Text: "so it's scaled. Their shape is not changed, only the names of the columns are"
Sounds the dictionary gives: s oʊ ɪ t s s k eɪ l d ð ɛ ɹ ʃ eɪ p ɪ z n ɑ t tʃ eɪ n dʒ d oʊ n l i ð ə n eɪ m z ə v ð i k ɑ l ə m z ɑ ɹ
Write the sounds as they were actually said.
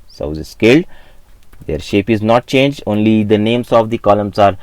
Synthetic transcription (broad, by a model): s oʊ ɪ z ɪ s k eɪ l d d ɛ ɹ ʃ eɪ p ɪ z n ɑ t tʃ eɪ n dʒ d oʊ n l i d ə n eɪ m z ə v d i k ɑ l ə m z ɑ ɹ